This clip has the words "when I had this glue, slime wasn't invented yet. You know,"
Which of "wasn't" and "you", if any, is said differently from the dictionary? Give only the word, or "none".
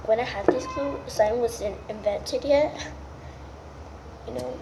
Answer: wasn't